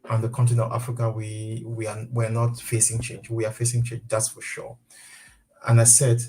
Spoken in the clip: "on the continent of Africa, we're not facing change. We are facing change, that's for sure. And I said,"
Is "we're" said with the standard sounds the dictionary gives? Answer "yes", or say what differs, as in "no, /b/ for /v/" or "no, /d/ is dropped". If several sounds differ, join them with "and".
no, /w/ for /ɹ/